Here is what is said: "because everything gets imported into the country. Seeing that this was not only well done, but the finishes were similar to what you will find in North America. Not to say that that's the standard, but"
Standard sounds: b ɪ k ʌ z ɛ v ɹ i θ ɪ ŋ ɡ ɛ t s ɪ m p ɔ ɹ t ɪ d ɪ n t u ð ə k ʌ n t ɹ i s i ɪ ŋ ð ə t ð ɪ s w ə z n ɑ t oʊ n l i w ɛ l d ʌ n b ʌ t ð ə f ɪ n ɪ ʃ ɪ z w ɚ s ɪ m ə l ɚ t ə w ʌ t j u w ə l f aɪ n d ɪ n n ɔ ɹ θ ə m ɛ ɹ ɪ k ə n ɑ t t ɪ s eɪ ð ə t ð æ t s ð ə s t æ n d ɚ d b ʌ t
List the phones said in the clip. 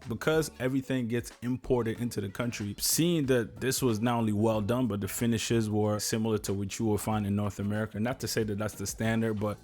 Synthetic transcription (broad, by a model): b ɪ k ʌ z ɛ v ɹ i θ ɪ ŋ ɡ ɛ t s ɪ m p ɔ ɹ t ɪ d ɪ n t u ð ə k ʌ n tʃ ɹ i s i ɪ ŋ ð ə t ð ɪ s w ə z n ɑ t oʊ n l i w ɛ l d ʌ n b ʌ t ð ə f ɪ n ɪ ʃ ɪ z w ɚ s ɪ m l ɚ t ə w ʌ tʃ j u w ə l f aɪ n d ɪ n n ɔ ɹ θ ə m ɛ ɹ ɪ k ə n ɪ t t ɪ s eɪ ð ə t ð æ t s ð ə s t æ n d ɚ d b ʌ t